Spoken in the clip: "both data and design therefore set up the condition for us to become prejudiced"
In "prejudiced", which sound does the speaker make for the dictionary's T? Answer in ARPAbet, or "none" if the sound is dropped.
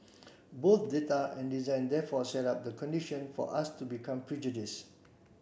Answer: none